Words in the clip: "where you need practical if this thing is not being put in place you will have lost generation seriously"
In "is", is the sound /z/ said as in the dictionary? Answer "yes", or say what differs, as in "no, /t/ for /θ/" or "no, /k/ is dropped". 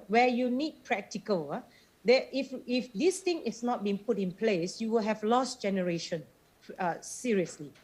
no, /s/ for /z/